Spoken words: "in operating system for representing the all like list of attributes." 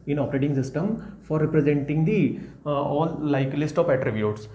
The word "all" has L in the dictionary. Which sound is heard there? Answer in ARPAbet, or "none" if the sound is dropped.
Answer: N